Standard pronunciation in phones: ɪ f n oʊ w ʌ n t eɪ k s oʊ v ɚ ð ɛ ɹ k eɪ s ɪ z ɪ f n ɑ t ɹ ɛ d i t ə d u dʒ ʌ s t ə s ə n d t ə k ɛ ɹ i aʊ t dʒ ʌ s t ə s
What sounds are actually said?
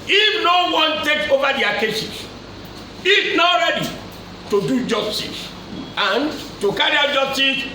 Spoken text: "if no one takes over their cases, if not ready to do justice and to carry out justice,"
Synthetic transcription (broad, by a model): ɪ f n oʊ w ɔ n t eɪ k oʊ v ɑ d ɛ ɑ k eɪ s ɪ s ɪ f n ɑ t ɹ ɛ d i t ə d u dʒ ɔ s t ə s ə n t ə k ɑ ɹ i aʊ dʒ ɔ s t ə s